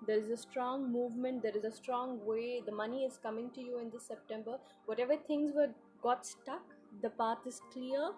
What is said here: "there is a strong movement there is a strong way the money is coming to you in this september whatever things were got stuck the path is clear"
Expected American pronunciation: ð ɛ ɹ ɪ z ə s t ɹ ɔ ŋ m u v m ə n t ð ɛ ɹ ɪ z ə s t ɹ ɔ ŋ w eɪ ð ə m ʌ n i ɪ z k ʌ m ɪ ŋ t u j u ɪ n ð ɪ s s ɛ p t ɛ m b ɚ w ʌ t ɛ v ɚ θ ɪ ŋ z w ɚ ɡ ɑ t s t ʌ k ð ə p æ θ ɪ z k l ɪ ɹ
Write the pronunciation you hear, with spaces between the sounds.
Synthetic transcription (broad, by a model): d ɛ ɹ ɪ z ə s t ɹ ɔ ŋ m u v m ə n t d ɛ ɹ ɪ z ə s t ɹ ɔ ŋ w eɪ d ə m ʌ n i ɪ z k ʌ m ɪ ŋ t u j u ɪ n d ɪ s s ɛ p t ɛ m b ɚ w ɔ t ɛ v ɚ t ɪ ŋ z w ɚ ɡ ɑ t s t ʌ k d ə p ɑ t ɪ z k l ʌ ɹ